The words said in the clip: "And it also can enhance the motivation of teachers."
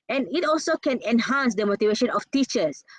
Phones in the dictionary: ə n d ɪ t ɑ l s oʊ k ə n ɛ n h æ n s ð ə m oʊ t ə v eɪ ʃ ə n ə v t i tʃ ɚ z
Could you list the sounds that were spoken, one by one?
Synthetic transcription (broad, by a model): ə n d ɪ t ɑ l s oʊ k ə n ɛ n h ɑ n s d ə m oʊ t ə v eɪ ʃ ə n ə f t i tʃ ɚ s